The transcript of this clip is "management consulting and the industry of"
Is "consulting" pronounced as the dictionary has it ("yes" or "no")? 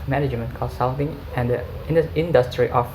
no